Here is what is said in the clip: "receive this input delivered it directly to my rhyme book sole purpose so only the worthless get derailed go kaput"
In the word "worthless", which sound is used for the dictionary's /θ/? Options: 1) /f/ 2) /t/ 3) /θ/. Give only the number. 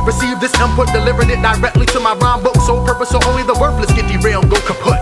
1